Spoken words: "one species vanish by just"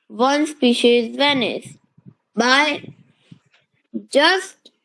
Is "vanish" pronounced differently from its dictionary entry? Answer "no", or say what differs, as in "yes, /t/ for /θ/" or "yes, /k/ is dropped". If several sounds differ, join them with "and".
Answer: yes, /s/ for /ʃ/